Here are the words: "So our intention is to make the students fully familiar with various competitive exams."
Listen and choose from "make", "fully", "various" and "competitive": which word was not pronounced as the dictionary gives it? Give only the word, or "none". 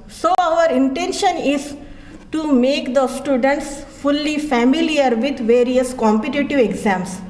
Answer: none